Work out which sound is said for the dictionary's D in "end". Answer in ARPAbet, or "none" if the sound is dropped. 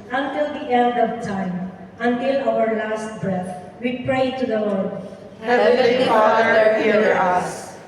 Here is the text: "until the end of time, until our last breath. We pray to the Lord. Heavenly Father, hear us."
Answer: D